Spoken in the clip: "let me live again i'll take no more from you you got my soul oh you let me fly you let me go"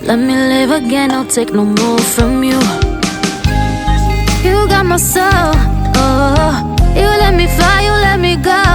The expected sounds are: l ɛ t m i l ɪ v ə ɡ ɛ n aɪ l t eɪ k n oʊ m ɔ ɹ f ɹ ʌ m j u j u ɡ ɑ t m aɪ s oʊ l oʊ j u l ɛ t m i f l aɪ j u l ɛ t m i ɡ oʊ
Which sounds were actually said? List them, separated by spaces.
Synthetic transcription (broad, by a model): l ɛ t m i l ɪ v ə ɡ ɛ n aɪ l t eɪ k n oʊ m ɔ ɹ f ɹ ʌ m j u j u ɡ ɑ t m aɪ s oʊ l oʊ j u l ɛ t m i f aɪ j u l ɛ t m i ɡ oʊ